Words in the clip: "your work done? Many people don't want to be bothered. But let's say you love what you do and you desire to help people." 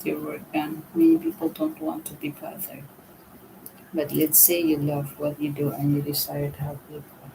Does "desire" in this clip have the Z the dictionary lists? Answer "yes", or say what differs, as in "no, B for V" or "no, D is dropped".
no, S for Z